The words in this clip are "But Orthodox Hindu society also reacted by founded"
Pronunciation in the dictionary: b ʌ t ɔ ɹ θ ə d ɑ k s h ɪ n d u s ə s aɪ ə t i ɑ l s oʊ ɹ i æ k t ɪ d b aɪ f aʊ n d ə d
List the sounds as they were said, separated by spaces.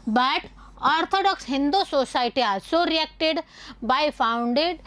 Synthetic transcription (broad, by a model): b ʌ t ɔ ɹ t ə d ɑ k s h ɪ n d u s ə s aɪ t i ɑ s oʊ ɹ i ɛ k t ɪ d b aɪ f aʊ n d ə d